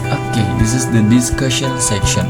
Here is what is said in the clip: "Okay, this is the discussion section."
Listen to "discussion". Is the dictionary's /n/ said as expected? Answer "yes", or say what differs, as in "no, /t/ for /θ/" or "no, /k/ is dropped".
no, /l/ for /n/